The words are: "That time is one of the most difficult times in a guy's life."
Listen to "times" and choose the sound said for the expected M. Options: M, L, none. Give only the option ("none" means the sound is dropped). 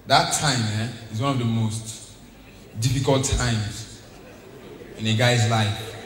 M